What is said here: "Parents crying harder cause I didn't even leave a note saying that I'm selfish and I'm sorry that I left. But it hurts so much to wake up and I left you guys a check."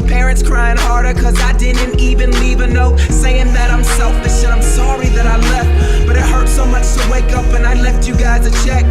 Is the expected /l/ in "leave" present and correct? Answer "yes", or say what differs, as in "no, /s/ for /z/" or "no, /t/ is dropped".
yes